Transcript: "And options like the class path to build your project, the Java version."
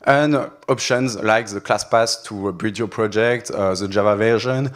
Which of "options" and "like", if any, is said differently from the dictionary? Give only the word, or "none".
none